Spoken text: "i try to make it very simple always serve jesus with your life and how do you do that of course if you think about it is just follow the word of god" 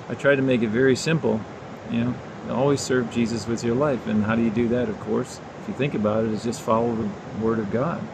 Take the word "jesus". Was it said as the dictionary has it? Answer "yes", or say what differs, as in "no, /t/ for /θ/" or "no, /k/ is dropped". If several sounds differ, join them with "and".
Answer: yes